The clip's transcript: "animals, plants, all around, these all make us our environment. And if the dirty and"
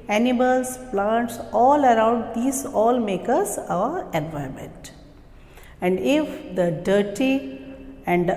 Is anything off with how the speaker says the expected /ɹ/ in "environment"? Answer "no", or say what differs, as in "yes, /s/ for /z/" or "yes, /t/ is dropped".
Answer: yes, /ɹ/ is dropped